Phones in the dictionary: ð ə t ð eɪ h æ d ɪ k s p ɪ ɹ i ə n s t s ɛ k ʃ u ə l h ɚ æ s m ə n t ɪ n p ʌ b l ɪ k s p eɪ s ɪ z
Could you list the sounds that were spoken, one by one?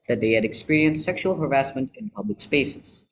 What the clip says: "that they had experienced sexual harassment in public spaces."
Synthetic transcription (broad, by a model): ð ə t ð eɪ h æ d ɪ k s p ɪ ɹ i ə n s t s ɛ k ʃ u ə l h ɚ æ s m ə n t ɪ n p ʌ b l ɪ k s p eɪ s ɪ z